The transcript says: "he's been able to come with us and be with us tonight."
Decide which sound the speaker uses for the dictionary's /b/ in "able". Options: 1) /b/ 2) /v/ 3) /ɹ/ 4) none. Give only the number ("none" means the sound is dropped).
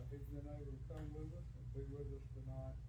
4